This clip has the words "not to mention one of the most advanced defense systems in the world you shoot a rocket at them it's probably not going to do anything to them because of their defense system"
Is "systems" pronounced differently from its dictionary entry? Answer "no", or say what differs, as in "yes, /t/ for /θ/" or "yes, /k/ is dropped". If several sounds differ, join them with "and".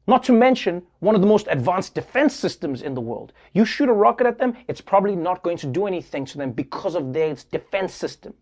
no